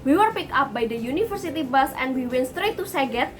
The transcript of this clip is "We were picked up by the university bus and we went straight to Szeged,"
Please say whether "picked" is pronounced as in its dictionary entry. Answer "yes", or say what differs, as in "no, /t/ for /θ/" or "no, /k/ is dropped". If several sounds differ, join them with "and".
no, /t/ is dropped